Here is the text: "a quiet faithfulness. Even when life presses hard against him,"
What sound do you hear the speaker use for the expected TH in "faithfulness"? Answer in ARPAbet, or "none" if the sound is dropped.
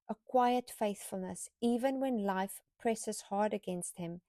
TH